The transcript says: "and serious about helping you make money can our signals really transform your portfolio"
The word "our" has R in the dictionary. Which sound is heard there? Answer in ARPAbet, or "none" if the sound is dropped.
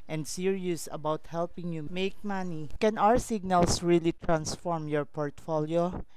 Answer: R